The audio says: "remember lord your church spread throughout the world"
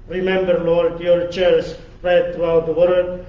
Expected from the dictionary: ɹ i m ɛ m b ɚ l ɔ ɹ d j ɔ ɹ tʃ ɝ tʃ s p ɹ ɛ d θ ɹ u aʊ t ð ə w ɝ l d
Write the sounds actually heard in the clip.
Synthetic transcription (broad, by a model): ɹ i m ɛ m b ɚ l ɔ ɹ d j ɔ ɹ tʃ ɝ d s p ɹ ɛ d t ɹ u aʊ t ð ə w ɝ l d